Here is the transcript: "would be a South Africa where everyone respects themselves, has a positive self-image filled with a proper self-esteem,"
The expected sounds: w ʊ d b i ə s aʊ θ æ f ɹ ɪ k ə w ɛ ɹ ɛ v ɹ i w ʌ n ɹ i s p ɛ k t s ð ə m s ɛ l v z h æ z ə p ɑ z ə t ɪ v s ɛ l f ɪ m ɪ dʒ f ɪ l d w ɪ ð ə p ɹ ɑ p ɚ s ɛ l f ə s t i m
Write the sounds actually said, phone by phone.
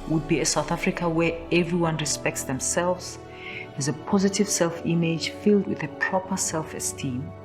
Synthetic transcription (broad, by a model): w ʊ d b i ə s aʊ θ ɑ f ɹ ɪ k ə w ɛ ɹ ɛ v ɹ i w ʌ n ɹ i s p ɛ k t s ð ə m s ɛ l v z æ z ə p ɑ z ə t ɪ v s ɛ l f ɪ m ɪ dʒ f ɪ l d w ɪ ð ə p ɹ ɑ p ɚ s ɛ l f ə s t i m